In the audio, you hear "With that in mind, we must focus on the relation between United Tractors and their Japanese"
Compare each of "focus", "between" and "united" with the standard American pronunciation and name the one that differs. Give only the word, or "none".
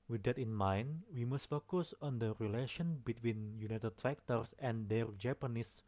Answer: none